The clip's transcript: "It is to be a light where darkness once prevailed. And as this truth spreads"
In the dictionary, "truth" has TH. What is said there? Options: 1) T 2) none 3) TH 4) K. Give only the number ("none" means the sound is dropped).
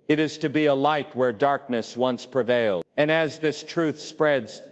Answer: 3